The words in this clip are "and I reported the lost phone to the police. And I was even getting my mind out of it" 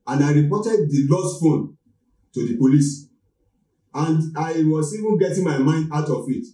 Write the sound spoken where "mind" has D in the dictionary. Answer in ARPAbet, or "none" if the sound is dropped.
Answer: D